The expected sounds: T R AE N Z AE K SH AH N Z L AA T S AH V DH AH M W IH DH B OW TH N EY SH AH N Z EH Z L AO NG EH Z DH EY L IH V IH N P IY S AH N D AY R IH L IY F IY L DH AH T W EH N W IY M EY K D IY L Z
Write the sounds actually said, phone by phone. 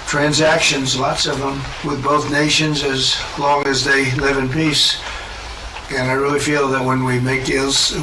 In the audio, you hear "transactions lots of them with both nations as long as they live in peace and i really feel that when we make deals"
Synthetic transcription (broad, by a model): T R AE N Z AE K SH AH N Z L AA T S AH V DH AH M W IH DH B OW TH N EY SH AH N Z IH Z L AO NG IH Z DH EY L IH V IH N P IY S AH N AY R IH L IY F IY L DH AH T W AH N W IY M EY K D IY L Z